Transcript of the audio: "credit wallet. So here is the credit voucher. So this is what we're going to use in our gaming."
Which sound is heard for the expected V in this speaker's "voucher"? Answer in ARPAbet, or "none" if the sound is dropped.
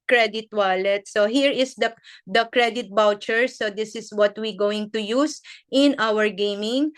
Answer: B